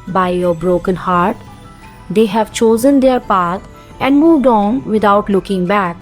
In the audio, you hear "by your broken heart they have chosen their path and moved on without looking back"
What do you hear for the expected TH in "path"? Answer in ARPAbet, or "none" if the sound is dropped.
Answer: T